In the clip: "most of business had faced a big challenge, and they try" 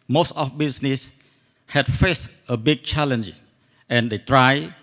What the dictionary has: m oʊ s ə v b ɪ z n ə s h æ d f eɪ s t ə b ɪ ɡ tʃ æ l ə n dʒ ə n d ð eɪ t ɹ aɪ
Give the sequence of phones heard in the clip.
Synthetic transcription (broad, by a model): m oʊ s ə f b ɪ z n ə s h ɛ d f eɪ s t ə b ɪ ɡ tʃ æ l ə n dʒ ə n d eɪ t ɹ aɪ